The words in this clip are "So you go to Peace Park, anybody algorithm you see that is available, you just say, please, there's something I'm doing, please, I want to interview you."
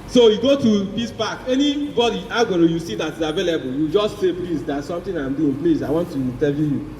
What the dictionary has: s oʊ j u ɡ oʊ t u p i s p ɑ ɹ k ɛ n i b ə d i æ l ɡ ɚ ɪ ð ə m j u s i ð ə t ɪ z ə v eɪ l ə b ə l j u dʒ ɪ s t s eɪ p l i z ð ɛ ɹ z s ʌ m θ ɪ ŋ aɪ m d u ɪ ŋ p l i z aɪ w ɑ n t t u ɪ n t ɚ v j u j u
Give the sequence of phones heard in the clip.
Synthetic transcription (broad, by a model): s oʊ j u ɡ oʊ t u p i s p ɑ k ɛ n i b ə d i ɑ ɡ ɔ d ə j u s i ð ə t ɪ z ə v eɪ l ə b ə l j u dʒ ɪ s t s eɪ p l i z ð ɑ s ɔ m t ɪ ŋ aɪ m d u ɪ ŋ p l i s aɪ w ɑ n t t u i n t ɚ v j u j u